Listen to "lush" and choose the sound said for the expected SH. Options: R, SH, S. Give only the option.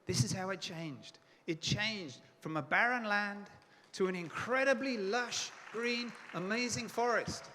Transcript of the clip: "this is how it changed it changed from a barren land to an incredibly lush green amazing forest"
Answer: SH